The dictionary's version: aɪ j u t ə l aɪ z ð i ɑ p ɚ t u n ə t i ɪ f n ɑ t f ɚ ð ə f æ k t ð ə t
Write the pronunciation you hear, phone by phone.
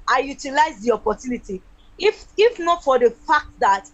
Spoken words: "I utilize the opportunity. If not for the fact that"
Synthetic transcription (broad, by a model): aɪ j u t ə l aɪ z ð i ɑ p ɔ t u n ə t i ɪ f n ɑ t f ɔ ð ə f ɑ k t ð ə t